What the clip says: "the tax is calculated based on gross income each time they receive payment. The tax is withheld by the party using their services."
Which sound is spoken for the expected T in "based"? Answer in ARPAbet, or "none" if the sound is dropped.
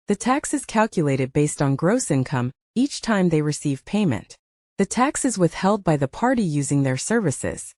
T